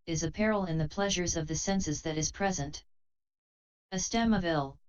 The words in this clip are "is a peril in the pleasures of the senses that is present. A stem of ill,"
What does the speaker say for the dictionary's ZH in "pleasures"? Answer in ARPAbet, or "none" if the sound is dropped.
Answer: ZH